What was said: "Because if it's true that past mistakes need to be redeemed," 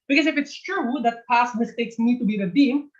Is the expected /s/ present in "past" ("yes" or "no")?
yes